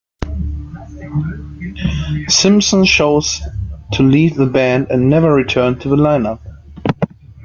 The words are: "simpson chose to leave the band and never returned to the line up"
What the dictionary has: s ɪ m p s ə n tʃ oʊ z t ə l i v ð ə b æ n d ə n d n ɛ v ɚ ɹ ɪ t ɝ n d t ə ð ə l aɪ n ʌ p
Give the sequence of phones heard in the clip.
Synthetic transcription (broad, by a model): s ɪ m p s ə n ʃ oʊ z t ə l i v ð ə b æ n d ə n n ɛ v ɚ ɹ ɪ t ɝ n t ə ð ə l aɪ n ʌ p